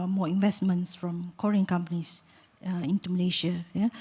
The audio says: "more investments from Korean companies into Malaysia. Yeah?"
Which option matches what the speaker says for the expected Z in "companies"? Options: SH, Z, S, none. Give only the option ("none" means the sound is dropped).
S